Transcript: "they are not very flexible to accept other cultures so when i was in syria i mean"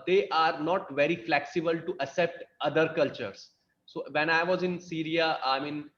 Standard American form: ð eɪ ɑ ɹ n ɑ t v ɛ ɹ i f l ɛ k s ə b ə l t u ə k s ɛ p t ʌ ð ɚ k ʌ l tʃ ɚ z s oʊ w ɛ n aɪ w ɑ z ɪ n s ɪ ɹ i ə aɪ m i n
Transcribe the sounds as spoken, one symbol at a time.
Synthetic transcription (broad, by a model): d eɪ ɑ ɹ n ɑ t v ɛ ɹ i f l ɛ k s ə b ə l t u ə s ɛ p t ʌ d ɚ k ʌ l tʃ ɚ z s oʊ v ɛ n aɪ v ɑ z ɪ n s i ɹ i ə aɪ m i n